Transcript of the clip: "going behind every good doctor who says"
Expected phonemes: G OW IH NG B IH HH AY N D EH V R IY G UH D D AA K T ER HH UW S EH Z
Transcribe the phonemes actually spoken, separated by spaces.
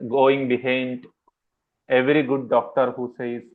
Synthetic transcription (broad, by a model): G OW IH NG B IH HH AY N D EH V R IY G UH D D AA K T ER HH UW S EH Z